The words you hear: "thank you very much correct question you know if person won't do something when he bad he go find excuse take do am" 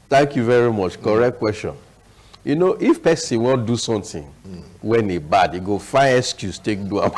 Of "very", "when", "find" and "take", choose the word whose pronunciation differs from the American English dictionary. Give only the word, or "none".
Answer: find